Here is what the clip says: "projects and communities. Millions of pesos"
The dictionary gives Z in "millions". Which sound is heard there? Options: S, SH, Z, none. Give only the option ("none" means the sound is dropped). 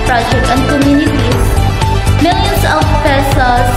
S